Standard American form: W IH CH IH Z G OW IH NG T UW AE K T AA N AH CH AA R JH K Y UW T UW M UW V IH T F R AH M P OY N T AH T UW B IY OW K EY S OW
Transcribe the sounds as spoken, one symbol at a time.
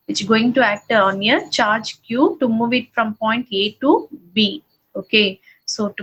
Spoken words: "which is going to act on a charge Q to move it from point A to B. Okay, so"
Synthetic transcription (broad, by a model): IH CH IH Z G OW IH NG T UW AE K T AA N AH CH AA R JH K Y UW T UW M UW V IH T F R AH M P OY N T AH T UW B IY OW K EY S OW